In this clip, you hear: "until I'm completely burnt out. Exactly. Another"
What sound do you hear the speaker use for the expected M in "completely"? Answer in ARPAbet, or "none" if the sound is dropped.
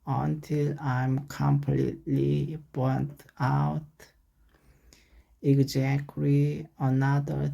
M